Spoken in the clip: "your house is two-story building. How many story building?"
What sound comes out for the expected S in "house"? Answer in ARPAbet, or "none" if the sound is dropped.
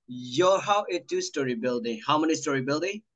none